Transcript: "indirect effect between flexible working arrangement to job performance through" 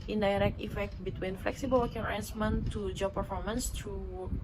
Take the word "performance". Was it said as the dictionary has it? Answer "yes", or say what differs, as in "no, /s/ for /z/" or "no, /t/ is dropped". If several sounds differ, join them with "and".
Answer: yes